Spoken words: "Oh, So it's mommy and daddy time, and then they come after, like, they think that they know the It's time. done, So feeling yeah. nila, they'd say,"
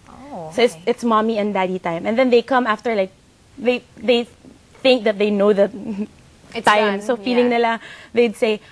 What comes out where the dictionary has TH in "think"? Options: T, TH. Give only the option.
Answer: TH